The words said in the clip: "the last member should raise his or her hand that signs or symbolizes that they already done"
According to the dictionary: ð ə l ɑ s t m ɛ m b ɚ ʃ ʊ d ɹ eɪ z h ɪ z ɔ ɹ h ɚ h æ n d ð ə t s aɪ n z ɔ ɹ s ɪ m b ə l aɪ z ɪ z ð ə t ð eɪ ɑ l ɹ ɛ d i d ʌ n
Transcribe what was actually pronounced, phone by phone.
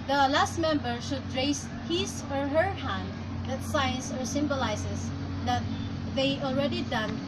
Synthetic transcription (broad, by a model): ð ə l ɑ s t m ɛ m b ɚ ʃ ʊ d ɹ eɪ s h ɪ s ɔ ɹ h ɚ h æ n d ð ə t s aɪ n s ɔ ɹ s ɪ m b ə l aɪ s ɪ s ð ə t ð eɪ ɑ l ɹ ɛ d i d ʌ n